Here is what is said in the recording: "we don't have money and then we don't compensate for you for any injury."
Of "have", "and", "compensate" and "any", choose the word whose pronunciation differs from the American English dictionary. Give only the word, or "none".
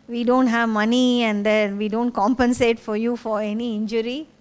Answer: none